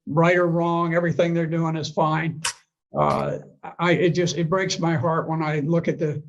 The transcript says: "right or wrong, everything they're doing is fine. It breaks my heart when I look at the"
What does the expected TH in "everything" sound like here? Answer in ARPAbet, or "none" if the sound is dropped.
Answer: TH